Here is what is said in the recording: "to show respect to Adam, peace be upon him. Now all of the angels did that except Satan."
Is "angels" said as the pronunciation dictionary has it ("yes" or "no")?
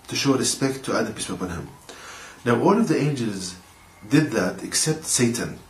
yes